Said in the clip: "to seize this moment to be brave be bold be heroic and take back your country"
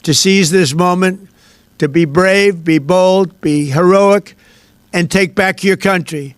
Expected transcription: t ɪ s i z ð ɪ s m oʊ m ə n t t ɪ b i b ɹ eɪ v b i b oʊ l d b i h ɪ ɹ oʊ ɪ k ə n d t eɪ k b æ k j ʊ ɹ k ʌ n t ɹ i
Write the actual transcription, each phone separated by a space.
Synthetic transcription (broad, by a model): t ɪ s i z ð ɪ s m oʊ m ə n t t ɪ b i b ɹ eɪ v b i b oʊ l d b i h ɪ ɹ oʊ ɪ k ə n t eɪ k b æ k j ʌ ɹ k ʌ n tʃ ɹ i